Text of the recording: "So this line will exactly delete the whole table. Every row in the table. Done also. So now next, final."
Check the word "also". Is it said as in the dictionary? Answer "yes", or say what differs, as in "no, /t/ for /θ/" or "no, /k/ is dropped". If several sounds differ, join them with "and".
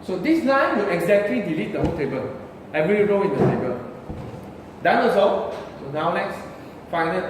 no, /l/ is dropped